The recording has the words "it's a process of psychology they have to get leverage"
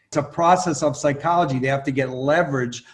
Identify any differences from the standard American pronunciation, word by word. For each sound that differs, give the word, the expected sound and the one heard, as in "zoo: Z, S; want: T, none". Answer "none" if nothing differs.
have: V, F